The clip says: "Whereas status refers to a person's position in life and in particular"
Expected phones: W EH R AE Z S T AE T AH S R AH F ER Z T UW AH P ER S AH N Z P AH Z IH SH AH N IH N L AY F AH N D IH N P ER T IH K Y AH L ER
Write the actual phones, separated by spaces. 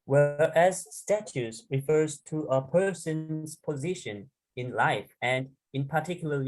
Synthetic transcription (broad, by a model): W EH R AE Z S T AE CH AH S R AH F ER Z T UW AH P ER S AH N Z P AH Z IH SH AH N IH N L AY F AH N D IH N P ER T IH K Y L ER